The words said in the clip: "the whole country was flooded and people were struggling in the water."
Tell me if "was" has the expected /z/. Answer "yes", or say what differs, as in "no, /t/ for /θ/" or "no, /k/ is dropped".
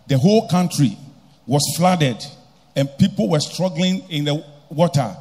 no, /s/ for /z/